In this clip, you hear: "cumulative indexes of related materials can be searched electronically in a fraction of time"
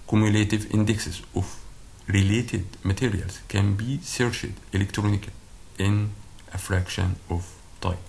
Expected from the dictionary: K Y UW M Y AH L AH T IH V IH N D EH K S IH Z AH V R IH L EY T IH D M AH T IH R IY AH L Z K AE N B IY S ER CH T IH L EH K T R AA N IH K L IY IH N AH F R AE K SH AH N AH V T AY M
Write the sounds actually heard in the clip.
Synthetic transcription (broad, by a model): K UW M Y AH L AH T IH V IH N D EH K S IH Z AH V R IH L EY T IH D M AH T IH R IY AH L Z K AE N B IY S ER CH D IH L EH K T R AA N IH K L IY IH N AH F R AE K SH AH N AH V T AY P